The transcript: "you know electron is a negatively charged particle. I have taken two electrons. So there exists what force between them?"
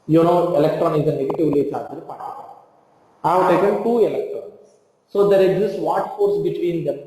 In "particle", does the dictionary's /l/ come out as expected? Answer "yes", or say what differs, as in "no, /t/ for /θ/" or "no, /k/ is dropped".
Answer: no, /n/ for /l/